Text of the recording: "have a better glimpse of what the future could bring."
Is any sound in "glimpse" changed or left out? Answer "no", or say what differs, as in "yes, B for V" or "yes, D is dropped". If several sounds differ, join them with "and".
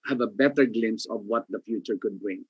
yes, P is dropped